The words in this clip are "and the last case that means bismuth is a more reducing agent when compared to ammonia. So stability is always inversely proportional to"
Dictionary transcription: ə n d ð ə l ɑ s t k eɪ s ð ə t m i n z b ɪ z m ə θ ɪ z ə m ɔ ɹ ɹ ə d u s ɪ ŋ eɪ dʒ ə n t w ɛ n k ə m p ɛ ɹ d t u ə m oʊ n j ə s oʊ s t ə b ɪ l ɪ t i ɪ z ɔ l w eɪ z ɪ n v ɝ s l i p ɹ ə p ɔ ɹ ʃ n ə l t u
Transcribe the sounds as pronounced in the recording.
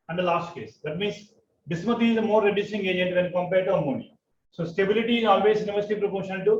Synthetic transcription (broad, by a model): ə n d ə l ɑ s t k eɪ s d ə t m i n s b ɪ s m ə t ɪ z ə m ɔ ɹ ɹ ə d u s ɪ ŋ eɪ dʒ ə n t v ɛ n k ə m p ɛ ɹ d t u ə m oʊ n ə s oʊ s t ə b ɪ l ɪ t i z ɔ l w eɪ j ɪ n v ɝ s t i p ɹ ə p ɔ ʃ ə n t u